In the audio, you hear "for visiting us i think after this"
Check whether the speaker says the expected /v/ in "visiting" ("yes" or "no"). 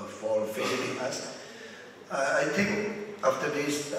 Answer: no